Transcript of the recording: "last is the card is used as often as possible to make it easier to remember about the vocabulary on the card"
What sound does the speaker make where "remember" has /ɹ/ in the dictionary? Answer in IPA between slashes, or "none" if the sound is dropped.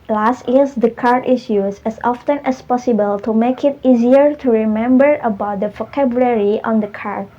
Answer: /ɹ/